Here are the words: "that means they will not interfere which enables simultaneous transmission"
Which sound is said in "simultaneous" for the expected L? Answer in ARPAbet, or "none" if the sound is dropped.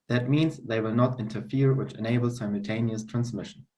L